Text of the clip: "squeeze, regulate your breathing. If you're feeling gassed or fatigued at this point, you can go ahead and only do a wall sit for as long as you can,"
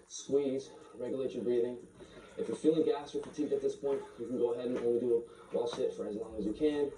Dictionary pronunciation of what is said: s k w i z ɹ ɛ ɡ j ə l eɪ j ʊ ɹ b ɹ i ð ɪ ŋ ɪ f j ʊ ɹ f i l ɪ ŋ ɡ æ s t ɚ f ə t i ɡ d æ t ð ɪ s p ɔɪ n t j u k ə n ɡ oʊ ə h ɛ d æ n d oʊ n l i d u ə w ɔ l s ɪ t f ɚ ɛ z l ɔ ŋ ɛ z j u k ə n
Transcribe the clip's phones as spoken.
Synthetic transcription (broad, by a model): s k w i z ɹ ɛ ɡ j ə l eɪ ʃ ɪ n b ɹ i ð ɪ ŋ ɪ f j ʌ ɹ f i l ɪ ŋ ɡ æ s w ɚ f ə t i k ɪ t ð ɪ s p ɔɪ n t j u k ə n ɡ oʊ ə h ɛ d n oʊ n w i d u ə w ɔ l ʃ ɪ t f ɚ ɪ z l ɔ ŋ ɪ z j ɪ k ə n